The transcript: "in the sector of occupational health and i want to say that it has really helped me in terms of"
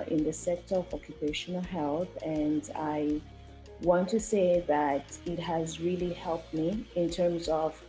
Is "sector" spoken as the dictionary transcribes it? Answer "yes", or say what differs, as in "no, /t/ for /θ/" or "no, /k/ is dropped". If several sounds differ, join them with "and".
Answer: yes